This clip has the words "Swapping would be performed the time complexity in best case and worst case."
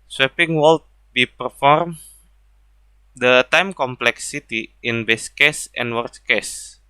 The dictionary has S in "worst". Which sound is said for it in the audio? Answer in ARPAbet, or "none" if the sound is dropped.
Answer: none